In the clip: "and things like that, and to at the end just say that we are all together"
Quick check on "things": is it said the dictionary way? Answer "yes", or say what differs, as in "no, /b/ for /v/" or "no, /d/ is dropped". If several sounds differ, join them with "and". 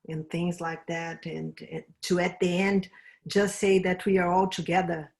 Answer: yes